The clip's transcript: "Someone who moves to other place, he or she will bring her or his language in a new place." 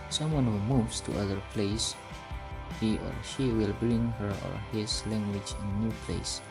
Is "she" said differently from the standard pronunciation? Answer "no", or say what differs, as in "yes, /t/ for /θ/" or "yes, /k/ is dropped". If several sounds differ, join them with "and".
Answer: no